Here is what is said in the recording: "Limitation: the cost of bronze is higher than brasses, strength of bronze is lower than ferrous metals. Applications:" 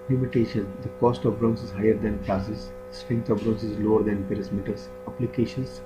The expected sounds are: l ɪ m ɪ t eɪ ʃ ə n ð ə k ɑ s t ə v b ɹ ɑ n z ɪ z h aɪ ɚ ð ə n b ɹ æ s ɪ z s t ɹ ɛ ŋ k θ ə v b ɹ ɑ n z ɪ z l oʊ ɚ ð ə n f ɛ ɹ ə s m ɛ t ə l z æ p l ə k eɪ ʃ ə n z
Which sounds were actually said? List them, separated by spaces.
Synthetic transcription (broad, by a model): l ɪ m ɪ t eɪ ʃ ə n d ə k ɑ s t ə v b ɹ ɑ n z ɪ z h aɪ ɚ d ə n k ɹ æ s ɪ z s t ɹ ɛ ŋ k t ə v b ɹ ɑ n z ɪ z l oʊ ɚ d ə n p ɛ ɹ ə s m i t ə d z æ p l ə k eɪ ʃ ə n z